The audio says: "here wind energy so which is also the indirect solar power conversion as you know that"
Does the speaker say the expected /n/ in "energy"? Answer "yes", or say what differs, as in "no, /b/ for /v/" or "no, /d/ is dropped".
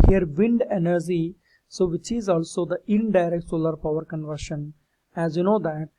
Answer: yes